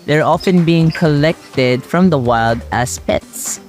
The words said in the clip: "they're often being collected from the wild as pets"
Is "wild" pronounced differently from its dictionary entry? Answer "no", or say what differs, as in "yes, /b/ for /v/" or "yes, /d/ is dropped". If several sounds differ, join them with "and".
no